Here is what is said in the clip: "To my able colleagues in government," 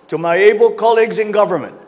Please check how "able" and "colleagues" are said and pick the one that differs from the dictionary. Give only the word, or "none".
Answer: none